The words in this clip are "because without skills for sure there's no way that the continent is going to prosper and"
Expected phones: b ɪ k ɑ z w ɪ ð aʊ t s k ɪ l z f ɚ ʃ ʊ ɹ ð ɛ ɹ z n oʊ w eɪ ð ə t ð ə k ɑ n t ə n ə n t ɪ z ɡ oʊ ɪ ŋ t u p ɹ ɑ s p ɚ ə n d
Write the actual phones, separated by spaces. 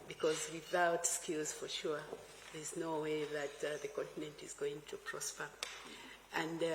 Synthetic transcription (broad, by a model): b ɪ k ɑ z w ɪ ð aʊ t s k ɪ l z f ɚ ʃ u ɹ ð ɛ ɹ z n oʊ w eɪ ð ə t ð ə k ɑ n t ə n ə n t ɪ z ɡ oʊ ɪ ŋ t u p ɹ ɑ s p ɚ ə n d